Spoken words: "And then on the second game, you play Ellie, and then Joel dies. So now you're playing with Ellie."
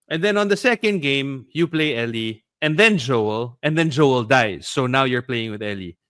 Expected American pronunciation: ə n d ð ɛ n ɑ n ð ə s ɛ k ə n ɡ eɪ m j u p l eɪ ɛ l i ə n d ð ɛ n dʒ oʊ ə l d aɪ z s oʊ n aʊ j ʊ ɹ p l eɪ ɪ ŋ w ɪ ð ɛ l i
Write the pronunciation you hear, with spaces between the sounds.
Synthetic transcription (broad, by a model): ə n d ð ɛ n ɑ n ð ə s ɛ k ə n ɡ eɪ m j u p l eɪ ɛ l i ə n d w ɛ n dʒ oʊ ə l d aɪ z s oʊ n aʊ j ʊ ɹ p l eɪ ɪ ŋ w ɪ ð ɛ l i